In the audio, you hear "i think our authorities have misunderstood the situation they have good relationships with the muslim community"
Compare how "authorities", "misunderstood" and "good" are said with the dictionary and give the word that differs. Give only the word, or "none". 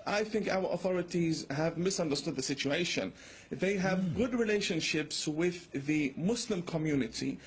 none